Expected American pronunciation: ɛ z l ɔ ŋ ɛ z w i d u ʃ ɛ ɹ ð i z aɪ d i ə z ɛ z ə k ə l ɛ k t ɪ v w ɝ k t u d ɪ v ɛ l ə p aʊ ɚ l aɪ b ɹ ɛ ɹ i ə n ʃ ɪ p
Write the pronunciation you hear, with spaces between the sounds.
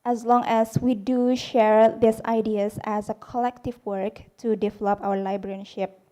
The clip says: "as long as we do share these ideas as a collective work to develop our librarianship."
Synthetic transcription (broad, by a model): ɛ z l ɔ ŋ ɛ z w i d u ʃ ɛ ɹ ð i s aɪ d i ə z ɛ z ə k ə l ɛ k t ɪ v w ɝ k t u d ɪ v ɛ l ə p aʊ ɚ l aɪ b ɹ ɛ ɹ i ʃ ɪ p